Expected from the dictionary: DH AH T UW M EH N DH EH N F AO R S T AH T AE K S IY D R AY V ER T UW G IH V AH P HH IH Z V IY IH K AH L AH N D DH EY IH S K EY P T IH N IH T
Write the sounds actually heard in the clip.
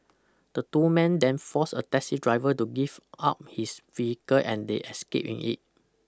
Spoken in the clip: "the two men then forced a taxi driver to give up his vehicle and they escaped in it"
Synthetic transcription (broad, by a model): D AH T UW M EH N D EH N F AO S AH T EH S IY D R AY V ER T UW G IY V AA P HH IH S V IY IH K AH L AH N D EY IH S K EY P IH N IH T